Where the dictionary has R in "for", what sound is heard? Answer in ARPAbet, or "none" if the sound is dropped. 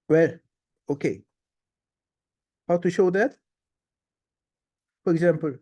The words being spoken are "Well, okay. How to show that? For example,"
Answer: R